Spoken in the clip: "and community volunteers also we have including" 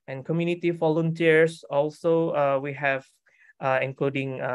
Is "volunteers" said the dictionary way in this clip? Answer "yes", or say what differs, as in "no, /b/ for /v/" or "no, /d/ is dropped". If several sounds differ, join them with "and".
no, /f/ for /v/ and /s/ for /z/